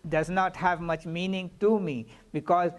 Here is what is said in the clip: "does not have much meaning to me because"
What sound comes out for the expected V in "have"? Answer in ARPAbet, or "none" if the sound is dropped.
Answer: V